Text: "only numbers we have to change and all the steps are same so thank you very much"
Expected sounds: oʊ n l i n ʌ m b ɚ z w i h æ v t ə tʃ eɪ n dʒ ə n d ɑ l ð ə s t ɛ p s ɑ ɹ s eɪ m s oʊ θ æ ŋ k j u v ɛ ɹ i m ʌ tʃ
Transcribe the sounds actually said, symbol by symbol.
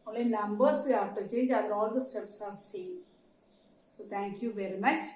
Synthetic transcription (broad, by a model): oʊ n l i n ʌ m b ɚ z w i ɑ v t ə tʃ eɪ n dʒ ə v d ɑ l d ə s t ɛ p s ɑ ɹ s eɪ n s oʊ t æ ŋ k j u v ɛ ɹ i m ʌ tʃ